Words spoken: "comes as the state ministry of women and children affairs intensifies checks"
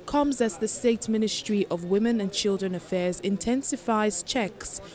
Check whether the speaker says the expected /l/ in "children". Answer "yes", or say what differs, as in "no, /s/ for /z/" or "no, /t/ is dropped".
yes